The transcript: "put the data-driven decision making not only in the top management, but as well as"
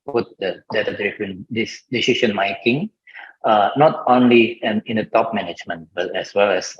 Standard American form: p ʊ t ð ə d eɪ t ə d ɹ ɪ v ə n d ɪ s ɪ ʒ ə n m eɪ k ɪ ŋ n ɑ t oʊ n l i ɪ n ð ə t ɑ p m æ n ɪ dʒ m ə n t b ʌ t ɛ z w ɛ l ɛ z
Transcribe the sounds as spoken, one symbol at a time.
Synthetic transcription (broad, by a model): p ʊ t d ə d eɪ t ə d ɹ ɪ f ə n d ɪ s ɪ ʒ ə n m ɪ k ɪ ŋ n ɑ t oʊ n l i ɪ n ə t ɑ p m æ n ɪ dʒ m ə n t b ʌ t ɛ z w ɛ l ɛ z